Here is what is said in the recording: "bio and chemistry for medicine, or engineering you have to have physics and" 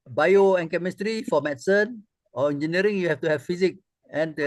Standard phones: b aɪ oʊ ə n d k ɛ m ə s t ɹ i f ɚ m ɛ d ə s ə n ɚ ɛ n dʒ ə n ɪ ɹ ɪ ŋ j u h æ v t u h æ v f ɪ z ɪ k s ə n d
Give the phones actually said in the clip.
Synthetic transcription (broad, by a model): b aɪ oʊ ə n k ɛ m ə s t ɹ i f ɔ m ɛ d s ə n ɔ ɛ n dʒ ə n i ɹ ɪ ŋ j u h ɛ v t u h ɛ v f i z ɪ k ə n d